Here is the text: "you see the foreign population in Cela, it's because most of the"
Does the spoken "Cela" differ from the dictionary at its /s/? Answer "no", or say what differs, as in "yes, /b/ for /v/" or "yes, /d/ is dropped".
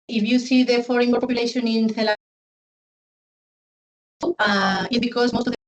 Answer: yes, /θ/ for /s/